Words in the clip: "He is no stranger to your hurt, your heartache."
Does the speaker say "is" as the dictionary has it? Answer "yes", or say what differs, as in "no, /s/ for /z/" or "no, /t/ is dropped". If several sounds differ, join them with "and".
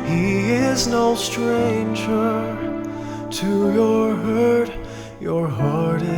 yes